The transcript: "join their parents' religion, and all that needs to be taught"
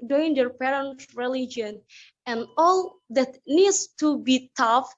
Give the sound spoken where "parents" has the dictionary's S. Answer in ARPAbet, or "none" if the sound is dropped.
none